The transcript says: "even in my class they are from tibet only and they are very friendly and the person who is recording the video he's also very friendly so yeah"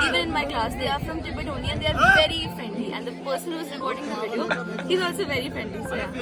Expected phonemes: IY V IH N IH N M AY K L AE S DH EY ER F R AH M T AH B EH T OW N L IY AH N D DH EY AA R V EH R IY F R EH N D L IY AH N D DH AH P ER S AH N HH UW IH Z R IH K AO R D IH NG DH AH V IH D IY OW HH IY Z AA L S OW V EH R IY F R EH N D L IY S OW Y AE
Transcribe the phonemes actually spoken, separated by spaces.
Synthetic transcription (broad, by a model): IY V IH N IH N M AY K L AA S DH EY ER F R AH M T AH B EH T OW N IY AH N D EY AA R V EH R IY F R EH N D L IY AH N D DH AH P ER S AH N HH UW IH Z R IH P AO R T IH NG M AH B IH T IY HH IY Z AA L S OW V EH R IY F R EH N D L IY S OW